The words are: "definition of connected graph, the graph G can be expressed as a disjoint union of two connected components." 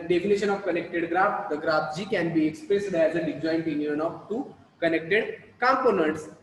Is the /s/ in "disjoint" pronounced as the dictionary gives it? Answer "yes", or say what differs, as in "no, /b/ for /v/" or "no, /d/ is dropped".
no, /s/ is dropped